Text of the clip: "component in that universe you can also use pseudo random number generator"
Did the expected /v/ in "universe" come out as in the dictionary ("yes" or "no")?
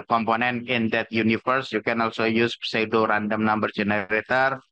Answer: no